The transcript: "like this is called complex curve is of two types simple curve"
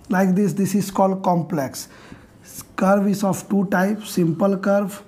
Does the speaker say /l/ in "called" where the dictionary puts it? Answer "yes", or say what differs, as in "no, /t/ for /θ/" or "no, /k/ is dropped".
yes